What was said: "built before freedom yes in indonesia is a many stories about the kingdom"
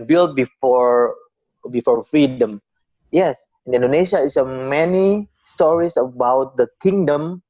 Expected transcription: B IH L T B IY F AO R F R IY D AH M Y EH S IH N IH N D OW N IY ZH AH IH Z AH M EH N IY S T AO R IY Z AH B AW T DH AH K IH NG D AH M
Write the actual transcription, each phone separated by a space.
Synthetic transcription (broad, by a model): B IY L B B IY F AO R F R IY D AH M Y EH S IH N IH N D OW N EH SH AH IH S AH M EH N IY S T AO R IY S AH B AW T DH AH K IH NG D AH M